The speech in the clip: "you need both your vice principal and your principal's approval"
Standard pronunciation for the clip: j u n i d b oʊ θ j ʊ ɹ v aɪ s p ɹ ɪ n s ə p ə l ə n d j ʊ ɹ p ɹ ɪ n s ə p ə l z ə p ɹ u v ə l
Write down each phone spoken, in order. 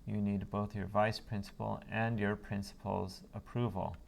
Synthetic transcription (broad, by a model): j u n i d b oʊ θ j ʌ ɹ v aɪ s p ɹ ɪ n s ə p ə l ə n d j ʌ ɹ p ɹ ɪ n s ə p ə l z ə p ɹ u v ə l